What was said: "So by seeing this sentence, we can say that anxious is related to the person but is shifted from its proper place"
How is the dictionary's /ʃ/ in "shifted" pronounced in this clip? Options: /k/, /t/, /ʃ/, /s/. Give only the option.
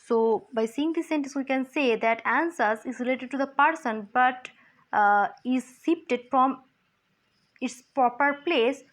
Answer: /s/